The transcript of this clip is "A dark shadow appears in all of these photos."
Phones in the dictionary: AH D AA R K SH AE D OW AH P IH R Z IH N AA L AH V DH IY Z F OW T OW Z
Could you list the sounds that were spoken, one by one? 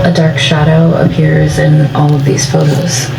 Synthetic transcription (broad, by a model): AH D AA R K SH AE D OW AH P IH R Z IH N AA L AH V DH IY Z F OW T OW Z